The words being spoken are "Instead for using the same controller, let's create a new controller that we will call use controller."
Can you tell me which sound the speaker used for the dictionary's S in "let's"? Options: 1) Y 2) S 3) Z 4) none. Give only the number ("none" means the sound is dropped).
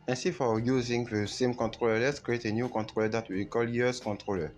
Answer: 2